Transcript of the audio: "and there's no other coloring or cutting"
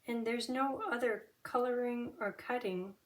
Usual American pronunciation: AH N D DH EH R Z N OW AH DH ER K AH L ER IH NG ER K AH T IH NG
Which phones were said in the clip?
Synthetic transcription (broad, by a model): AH N DH EH R Z N OW AH DH ER K AH L ER IH NG ER K AH T IH NG